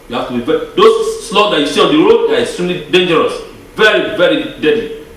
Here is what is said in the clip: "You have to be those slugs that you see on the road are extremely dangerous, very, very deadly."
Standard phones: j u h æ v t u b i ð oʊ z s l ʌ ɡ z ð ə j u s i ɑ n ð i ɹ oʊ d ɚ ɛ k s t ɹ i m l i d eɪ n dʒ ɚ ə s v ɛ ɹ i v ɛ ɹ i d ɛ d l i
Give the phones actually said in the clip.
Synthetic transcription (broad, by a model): j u h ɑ f t u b i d oʊ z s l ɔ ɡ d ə j u s i ɑ n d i ɹ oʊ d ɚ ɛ s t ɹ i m l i d eɪ n dʒ ɚ ə s v ɛ ɹ i v ɛ ɹ i d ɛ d l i